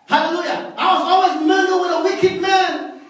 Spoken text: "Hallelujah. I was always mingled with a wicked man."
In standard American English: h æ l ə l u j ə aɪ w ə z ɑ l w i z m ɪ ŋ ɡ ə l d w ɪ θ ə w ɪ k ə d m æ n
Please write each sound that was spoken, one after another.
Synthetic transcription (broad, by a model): h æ l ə l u j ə aɪ w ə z ɑ l w i z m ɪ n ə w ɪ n ə w ɪ k ə d m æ n